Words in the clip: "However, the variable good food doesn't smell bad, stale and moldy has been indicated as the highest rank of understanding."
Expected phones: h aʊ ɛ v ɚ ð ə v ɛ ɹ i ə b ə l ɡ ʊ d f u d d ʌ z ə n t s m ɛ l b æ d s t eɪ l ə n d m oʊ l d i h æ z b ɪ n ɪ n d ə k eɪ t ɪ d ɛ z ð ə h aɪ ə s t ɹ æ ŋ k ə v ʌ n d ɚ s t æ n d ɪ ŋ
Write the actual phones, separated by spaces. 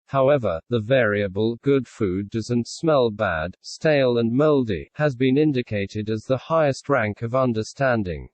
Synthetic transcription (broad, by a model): h aʊ ɛ v ɚ ð ə v ɛ ɹ i ə b ə l ɡ ʊ d f u d d ʌ z ə n t s m ɛ l b æ d s t eɪ l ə n m oʊ l d i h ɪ z b ɪ n ɪ n d ə k eɪ t ɪ d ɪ z ð ə h aɪ ə s t ɹ æ ŋ k ə v ʌ n d ɚ s t æ n d ɪ ŋ